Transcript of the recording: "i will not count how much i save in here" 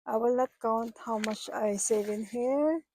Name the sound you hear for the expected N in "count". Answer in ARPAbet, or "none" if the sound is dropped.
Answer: N